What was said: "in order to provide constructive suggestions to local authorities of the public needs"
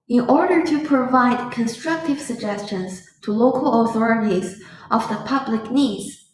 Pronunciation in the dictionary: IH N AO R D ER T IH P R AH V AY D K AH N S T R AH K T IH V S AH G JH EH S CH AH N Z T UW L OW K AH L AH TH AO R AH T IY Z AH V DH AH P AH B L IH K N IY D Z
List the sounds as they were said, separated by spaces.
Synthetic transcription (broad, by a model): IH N AO R D ER T IH P R AH V AY D K AH N S T R AH K T IH V S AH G JH EH S CH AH N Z T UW L OW K AH L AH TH AO R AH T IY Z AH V DH AH P AH B L IH K N IY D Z